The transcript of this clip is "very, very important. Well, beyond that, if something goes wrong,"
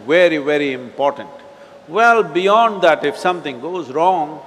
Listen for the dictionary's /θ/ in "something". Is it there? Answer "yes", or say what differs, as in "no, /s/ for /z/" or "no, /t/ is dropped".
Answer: no, /t/ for /θ/